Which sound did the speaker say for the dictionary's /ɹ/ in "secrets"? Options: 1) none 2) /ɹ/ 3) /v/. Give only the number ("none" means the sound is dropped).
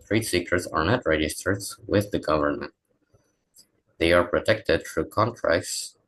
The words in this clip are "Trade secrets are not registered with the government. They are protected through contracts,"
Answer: 1